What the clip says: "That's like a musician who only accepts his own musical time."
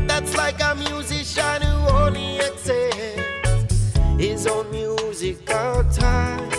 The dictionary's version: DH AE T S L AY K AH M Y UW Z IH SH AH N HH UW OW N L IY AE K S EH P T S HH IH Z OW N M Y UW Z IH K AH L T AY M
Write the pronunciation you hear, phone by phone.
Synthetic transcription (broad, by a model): DH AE T S L AY K AH M Y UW Z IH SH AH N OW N IY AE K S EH HH IH Z OW N M Y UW Z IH K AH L T AY